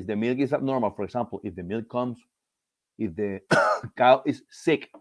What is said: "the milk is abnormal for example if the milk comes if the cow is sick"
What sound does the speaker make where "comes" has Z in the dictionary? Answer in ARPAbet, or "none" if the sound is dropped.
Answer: S